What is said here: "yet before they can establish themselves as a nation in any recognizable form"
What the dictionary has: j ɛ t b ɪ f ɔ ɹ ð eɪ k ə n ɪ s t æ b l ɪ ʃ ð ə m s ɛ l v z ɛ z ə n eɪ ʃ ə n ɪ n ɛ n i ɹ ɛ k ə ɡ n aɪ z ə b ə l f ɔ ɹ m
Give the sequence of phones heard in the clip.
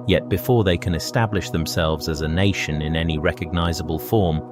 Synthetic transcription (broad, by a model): j ɛ t b ɪ f ɔ ɹ ð eɪ k ə n ɪ s t æ b l ɪ ʃ ð ə m s ɛ l v z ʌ z ə n eɪ ʃ ə n ɪ n ɛ n i ɹ ɛ k ə ɡ n aɪ z ə b ə l f ɔ ɹ m